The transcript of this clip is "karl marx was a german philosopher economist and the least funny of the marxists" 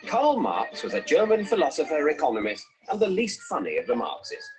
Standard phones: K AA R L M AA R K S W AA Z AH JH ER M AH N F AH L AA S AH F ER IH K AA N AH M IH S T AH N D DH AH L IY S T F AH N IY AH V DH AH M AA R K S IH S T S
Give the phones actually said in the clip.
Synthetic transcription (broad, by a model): K AA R L M AA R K S W AA Z AH JH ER M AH N F AH L AA S AH F ER IH K AA N AH M IH S T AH N DH AH L IY S T F AH N IY AH V DH AH M AA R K S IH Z